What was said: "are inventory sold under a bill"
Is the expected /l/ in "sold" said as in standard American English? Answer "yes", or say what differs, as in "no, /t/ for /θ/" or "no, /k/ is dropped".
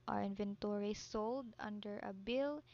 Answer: yes